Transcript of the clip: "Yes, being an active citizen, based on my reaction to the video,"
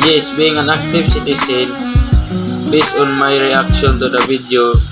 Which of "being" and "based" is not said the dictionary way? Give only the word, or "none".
based